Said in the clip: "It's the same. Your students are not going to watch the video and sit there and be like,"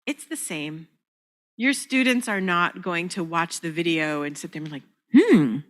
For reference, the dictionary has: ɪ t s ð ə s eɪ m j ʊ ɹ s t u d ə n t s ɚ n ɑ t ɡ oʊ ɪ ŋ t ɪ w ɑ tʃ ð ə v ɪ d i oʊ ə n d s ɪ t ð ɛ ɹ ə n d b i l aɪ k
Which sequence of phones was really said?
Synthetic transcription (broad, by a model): ɪ t s ð ə s eɪ m j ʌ ɹ s t u d n t s ɚ n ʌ t ɡ oʊ ɪ ŋ t ɪ w ɑ tʃ ð ə v ɪ d i oʊ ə n s ɪ t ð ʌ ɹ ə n l aɪ k